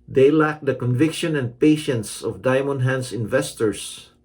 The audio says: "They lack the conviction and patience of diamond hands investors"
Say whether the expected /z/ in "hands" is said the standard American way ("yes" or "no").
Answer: no